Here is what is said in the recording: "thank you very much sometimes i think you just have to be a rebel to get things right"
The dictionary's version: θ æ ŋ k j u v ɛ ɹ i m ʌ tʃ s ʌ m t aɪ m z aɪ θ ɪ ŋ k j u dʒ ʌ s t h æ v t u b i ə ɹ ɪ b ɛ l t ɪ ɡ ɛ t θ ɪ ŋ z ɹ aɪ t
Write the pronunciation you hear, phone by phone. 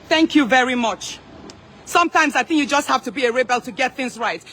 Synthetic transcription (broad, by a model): θ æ ŋ k j u v ɛ ɹ i m ʌ tʃ s ʌ m t aɪ m z aɪ θ ɪ ŋ k j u dʒ ʌ s t h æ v t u b i ə ɹ ɪ b ɛ l t ɪ ɡ ɛ t θ ɪ ŋ z ɹ aɪ t